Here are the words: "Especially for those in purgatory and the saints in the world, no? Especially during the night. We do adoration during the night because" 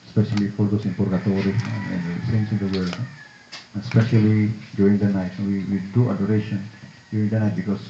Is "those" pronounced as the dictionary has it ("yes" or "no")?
no